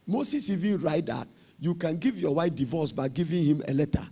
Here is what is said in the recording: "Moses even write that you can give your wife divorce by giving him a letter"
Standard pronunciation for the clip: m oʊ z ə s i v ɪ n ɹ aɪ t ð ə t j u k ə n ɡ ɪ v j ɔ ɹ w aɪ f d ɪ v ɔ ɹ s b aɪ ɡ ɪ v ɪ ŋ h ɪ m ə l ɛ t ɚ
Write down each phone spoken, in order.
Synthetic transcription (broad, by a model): m oʊ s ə s i v ɪ n ɹ aɪ t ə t j u k ə n ɡ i v j ɔ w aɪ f d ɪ v ɔ s b aɪ ɡ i v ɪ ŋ h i m ə l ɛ t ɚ